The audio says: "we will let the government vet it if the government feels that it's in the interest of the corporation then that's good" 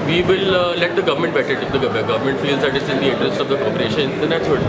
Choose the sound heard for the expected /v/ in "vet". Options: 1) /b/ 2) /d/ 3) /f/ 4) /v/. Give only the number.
1